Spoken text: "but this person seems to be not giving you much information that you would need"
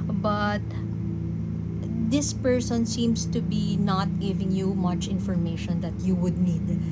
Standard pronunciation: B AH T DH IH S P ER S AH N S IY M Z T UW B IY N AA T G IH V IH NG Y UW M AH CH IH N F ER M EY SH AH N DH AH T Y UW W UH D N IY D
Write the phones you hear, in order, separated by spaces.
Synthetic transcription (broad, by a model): B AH T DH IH S P ER S AH N S IY M S T UW B IY N AA T G IH V IH NG Y UW M AH CH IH N F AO M EY SH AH N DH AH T Y UW W UH D N IY D